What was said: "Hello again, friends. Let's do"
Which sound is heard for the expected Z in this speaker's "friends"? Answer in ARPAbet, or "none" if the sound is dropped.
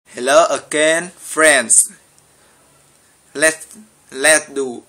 S